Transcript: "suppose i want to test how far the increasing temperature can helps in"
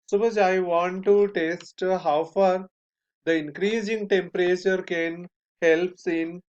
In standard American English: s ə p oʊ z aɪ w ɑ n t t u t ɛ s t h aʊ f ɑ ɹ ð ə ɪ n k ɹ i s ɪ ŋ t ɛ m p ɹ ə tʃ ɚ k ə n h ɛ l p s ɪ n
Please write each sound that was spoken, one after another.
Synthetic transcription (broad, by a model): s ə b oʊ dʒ aɪ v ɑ n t t u t ɛ s t h aʊ f ɑ ɹ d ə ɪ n k ɹ i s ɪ ŋ t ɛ m p ɹ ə tʃ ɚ k ə n h ɛ l p s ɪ n